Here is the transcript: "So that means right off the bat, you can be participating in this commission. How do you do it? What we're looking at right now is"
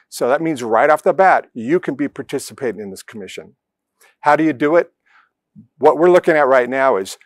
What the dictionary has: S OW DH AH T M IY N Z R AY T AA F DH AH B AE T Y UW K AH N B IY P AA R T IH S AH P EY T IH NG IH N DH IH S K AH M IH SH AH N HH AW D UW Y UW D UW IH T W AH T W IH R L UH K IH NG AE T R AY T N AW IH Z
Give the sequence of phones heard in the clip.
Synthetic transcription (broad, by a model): S OW DH AH T M IY N Z R AY T AA F DH AH B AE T Y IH K AH N B IY P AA R T IH S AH P EY T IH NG IH N DH IH S K AH M IH SH AH N HH AW D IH Y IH D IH IH T W AH T W IH R L UH K IH NG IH T R AY T N AW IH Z